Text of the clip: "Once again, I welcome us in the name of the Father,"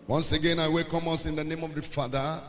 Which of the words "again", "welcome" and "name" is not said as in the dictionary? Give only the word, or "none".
welcome